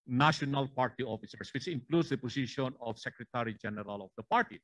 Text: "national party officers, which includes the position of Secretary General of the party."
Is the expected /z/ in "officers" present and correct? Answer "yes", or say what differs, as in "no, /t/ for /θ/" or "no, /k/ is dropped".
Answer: no, /s/ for /z/